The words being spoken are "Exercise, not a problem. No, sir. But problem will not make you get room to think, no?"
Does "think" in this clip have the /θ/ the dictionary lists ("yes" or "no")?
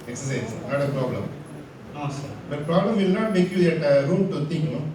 no